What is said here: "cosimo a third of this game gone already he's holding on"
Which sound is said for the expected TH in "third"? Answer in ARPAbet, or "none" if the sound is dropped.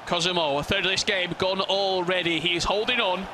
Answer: TH